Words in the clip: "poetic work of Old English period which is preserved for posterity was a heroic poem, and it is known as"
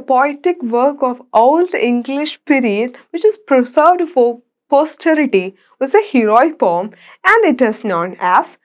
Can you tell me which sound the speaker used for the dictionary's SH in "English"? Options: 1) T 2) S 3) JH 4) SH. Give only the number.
4